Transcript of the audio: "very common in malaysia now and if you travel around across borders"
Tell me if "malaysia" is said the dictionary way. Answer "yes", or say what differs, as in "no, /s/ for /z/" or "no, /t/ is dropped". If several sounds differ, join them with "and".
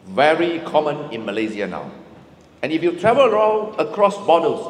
no, /z/ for /ʒ/